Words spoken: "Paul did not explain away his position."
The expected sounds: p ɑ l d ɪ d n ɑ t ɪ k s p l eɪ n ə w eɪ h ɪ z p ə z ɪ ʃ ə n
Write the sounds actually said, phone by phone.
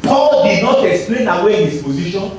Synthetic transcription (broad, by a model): p ɑ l d ɪ d n ɑ t ɪ k s p l eɪ n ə w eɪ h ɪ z p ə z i ʃ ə n